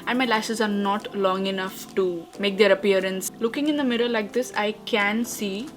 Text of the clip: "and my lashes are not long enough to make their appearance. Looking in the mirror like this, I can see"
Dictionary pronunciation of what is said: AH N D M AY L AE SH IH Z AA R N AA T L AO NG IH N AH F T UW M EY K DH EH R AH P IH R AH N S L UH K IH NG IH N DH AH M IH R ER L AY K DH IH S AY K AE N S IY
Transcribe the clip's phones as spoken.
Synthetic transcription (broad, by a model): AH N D M AY L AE S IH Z AA R N AA T L AO NG IH N AH F T UW M EY K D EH R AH P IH R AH N S L UH K IH NG IH N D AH M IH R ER L AY K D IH S AY K AE N S IY